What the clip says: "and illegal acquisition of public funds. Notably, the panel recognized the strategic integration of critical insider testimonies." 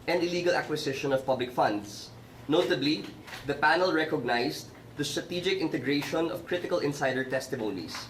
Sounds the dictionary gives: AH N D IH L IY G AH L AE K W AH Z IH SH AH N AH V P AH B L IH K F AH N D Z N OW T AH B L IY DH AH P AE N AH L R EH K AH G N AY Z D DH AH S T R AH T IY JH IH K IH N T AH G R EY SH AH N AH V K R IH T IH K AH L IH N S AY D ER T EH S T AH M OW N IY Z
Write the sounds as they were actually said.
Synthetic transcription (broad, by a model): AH N D IH L IY G AH L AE K W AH S IH SH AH N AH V P AH B L IH K F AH N D S N OW T AH B L IY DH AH P AE N AH L R EH K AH G N AY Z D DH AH S T R AH T IY JH IH K IH N T AH G R EY SH AH N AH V K R IH T IH K AH L IH N S AY D ER T EH S T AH M OW N IY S